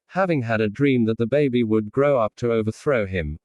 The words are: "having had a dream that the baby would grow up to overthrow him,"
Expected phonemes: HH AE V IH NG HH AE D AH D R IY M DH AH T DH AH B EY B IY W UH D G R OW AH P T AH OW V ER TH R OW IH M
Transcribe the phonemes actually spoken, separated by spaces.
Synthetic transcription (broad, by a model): HH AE V IH NG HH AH D AH D R IY M DH AH T DH AH B EY B IY W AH D G R OW AH P T AH OW V ER TH R OW IH M